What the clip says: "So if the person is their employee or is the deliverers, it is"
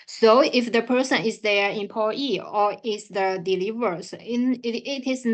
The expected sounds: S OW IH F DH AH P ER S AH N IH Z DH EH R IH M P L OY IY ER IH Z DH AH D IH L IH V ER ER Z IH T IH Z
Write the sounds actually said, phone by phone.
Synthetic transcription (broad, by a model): S OW IH F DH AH P ER S AH N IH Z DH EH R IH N P OY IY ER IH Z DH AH D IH L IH V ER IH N IH T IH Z